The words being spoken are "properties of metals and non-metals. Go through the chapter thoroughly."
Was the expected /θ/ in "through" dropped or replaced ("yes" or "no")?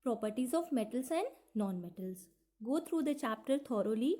yes